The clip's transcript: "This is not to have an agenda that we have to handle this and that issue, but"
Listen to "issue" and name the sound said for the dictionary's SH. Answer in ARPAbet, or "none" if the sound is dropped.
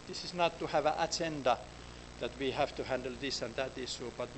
S